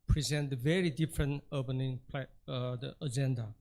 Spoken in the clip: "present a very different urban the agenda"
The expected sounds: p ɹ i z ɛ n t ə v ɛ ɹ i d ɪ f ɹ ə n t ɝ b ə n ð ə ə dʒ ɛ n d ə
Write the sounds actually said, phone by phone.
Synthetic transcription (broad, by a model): p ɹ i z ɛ n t ə v ɛ ɹ i d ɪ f ɹ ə n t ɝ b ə n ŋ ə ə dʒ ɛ n d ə